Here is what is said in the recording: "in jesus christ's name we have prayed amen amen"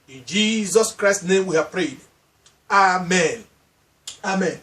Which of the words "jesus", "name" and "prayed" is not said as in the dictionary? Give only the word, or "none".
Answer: none